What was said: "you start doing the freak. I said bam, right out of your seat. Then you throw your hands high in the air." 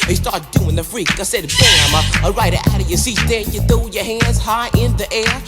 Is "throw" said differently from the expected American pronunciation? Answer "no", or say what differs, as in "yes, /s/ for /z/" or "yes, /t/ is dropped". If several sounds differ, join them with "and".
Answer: yes, /ɹ/ is dropped